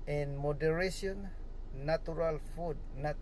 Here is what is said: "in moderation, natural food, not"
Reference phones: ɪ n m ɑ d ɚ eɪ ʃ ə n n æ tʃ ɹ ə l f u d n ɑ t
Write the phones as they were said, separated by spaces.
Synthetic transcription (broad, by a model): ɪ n m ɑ d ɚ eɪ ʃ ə n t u ɹ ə l f u d n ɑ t